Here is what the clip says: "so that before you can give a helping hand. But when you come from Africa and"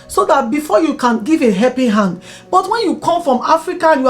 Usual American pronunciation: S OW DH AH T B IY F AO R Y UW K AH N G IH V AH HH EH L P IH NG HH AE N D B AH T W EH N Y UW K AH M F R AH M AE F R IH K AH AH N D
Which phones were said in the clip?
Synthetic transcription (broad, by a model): S OW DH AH T B IY F AO Y UW K AH N G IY V AH HH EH P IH HH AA N D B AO T W EH N Y UW K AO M F R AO M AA F R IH K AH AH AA